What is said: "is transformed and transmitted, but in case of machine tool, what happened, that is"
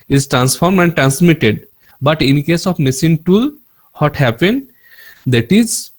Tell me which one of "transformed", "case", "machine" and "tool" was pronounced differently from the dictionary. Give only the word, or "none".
machine